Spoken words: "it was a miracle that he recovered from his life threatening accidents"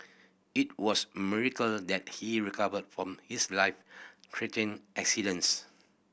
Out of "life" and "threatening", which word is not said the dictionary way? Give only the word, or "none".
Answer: threatening